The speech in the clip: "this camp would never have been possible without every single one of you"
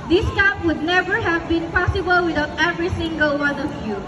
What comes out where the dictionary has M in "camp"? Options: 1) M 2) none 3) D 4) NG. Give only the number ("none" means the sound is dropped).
2